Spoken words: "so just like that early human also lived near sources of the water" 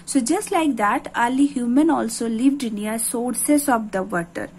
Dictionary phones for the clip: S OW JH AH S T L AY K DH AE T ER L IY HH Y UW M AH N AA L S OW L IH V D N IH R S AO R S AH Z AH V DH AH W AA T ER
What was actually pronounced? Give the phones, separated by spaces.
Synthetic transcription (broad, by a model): S OW JH AH S T L AY K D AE T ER L IY HH Y UW M AH N AA L S OW L IH V D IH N S AO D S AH S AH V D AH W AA T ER